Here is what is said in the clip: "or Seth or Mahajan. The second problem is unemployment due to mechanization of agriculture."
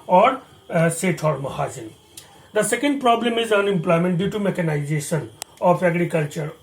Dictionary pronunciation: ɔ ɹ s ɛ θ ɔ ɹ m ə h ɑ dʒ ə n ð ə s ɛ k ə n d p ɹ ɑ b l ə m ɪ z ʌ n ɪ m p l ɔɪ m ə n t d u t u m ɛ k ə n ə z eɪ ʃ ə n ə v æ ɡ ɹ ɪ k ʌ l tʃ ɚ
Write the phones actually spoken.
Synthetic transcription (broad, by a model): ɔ ɹ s ɛ t ɔ ɹ m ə h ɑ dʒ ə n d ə s ɛ k ə n d p ɹ ɑ b l ə m ɪ z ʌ n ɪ m p l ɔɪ m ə n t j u t u m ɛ k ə n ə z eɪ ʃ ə n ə p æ ɡ ɹ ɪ k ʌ l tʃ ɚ